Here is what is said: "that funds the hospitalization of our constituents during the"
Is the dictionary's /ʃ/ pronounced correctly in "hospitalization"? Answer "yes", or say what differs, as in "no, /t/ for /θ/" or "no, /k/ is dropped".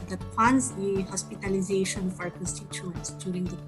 yes